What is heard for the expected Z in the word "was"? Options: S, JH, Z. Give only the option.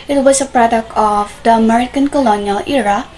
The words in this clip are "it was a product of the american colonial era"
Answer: S